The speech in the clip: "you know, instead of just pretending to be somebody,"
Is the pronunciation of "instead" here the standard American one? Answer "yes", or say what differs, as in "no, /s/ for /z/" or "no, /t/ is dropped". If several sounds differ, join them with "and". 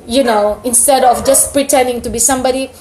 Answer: yes